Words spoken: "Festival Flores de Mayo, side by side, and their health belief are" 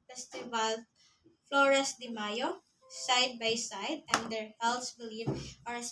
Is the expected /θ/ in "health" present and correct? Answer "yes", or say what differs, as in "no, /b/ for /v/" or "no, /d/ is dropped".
no, /s/ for /θ/